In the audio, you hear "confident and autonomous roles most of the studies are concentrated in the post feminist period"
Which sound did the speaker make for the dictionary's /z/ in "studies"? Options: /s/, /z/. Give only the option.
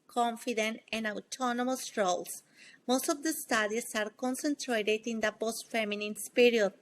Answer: /s/